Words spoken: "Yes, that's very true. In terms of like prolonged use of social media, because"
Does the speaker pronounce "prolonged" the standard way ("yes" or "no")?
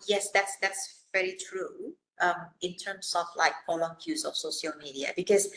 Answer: no